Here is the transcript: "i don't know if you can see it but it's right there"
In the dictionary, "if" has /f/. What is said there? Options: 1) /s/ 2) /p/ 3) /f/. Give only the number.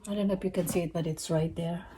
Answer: 2